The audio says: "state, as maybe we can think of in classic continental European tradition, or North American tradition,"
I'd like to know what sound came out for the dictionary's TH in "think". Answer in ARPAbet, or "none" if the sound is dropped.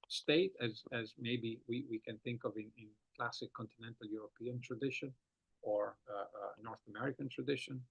TH